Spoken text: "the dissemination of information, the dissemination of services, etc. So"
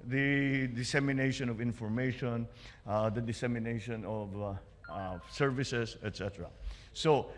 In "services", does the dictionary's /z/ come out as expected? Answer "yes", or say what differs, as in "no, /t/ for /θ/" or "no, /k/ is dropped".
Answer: no, /s/ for /z/